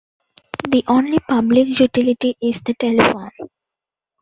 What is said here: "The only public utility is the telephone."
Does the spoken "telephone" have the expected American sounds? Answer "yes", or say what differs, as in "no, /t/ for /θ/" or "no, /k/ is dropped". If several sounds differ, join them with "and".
yes